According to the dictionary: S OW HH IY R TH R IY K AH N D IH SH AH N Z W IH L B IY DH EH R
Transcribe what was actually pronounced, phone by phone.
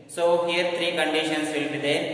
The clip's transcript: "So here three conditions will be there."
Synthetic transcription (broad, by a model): S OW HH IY R T R IY K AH N D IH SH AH N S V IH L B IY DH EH